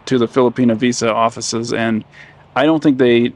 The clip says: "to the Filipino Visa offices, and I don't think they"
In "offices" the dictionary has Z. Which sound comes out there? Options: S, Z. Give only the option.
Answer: Z